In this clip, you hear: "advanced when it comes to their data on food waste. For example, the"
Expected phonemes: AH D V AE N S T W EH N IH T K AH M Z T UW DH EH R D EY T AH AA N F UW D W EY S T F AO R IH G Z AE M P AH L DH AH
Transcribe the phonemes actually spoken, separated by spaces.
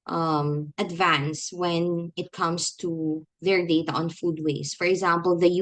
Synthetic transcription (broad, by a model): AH D V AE N S W EH N IH T K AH M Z T UW DH EH R D EY T AH AA N F UW D W EY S F AO R IH G Z AE M P AH L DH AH